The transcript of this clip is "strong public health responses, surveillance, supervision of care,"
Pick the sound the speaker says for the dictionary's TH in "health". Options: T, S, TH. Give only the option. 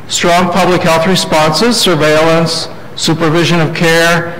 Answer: TH